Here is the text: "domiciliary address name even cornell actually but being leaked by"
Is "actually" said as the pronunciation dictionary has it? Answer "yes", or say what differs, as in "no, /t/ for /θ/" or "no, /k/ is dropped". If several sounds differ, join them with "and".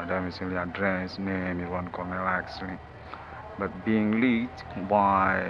no, /s/ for /tʃ/